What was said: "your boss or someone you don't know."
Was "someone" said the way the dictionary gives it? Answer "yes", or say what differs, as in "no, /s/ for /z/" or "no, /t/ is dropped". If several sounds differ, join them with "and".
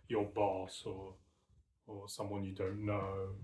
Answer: yes